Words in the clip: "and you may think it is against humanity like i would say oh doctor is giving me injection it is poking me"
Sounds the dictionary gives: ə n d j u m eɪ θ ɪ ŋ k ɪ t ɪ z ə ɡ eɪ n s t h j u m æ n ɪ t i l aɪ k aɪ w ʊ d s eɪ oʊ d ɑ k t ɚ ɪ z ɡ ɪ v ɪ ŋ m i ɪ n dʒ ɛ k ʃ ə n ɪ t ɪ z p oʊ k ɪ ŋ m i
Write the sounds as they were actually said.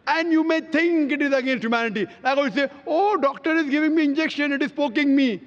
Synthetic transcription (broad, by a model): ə n d j u m eɪ t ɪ ŋ k ɪ t ɪ z ə ɡ eɪ n s t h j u m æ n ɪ t i l aɪ k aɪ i s eɪ oʊ d ɑ k t ɚ ɪ z ɡ ɪ v ɪ ŋ m i ɪ n dʒ ɛ k ʃ ə n ɪ t ɪ z p oʊ k ɪ ŋ m i